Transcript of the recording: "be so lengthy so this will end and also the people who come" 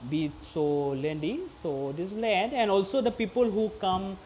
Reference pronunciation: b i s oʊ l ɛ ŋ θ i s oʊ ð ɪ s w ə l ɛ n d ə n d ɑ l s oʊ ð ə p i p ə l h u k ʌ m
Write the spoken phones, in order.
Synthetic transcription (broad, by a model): b i s oʊ l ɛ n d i s oʊ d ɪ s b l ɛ d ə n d ɑ l s oʊ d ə p i p ə l h u k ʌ m